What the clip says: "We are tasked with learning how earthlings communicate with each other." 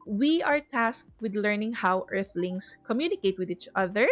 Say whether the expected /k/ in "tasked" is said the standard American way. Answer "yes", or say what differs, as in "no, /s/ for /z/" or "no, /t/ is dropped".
yes